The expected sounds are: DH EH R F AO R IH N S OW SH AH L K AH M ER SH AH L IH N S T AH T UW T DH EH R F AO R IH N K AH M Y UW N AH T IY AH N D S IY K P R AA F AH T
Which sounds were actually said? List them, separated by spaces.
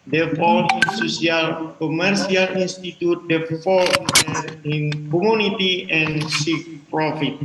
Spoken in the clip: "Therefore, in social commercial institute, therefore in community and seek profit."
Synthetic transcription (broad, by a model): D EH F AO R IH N S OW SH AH L K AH M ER S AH L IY N S T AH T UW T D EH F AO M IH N K AH M Y UW N AH T IY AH N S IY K P R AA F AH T